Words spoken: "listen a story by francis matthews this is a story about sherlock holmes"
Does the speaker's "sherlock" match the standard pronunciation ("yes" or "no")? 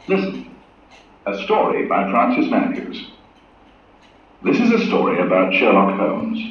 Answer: yes